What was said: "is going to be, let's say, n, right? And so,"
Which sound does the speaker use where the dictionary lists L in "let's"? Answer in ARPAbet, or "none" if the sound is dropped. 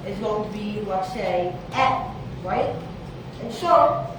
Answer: W